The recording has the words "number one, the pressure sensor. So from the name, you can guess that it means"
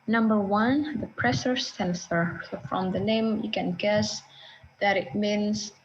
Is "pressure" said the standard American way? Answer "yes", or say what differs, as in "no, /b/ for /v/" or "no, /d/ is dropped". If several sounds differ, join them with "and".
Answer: no, /s/ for /ʃ/